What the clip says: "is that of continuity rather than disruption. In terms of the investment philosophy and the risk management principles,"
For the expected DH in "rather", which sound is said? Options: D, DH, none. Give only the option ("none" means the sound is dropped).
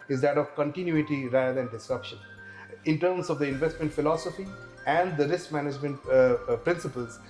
none